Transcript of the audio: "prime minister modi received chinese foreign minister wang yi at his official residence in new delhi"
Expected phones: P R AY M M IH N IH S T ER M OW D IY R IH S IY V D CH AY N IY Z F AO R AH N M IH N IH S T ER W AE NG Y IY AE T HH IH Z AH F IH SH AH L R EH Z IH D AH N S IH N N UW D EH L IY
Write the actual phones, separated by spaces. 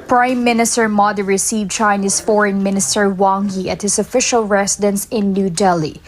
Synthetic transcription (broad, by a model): P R AY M M IH N IH S T ER M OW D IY R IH S IY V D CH AY N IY S F AO R AH N M IH N IH S T ER W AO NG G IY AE T HH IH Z AH F IH SH AH L R EH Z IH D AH N S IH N N UW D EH L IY